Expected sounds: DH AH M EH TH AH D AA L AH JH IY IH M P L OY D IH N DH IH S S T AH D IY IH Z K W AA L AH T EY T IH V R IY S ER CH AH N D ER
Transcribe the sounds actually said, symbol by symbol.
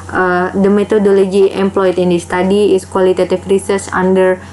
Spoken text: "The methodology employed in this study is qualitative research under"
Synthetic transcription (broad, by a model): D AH M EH T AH D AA L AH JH IY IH M P L OY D IH N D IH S S T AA D IY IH S K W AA L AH T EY T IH F R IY S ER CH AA N D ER